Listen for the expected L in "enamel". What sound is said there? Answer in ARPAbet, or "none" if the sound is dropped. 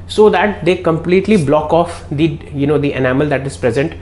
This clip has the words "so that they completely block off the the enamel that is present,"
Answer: L